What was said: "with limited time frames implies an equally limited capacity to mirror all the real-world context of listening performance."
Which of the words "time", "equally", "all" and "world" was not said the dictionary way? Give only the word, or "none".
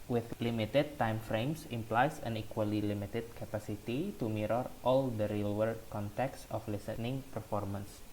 world